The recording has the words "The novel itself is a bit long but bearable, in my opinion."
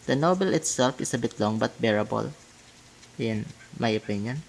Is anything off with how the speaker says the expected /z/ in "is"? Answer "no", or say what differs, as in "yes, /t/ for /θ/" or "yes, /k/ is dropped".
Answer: yes, /s/ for /z/